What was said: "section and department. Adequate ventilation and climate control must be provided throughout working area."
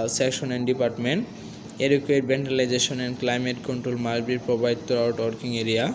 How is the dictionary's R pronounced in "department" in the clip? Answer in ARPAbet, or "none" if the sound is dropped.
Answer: R